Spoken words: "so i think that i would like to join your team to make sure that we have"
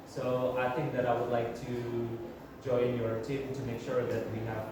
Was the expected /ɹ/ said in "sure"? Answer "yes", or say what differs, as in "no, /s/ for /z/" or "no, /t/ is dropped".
yes